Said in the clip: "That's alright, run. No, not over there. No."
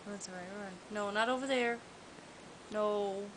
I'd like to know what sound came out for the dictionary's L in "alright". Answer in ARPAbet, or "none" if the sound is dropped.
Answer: none